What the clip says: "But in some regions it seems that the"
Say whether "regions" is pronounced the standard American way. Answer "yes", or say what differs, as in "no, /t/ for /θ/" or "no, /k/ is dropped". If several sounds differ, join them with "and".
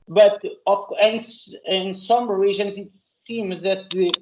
no, /ʒ/ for /dʒ/